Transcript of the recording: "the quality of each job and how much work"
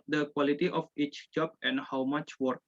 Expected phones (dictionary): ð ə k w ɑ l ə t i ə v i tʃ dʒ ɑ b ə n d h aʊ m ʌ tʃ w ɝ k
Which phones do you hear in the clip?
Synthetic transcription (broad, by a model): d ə k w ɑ l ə t i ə f i tʃ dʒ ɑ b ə n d h aʊ m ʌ tʃ w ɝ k